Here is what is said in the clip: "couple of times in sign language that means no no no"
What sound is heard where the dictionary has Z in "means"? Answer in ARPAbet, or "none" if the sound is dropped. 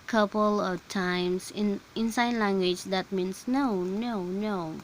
S